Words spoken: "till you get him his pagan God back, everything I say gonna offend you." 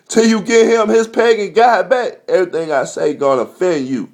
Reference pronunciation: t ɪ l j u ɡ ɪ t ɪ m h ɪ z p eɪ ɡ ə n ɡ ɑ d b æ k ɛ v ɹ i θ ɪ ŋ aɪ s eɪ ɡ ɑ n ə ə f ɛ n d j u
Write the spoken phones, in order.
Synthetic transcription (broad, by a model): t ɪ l j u ɡ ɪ ɪ m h ɪ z p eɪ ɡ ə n ɡ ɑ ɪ b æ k ɛ v ɹ i θ ɪ ŋ aɪ s eɪ ɡ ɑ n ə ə f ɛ n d j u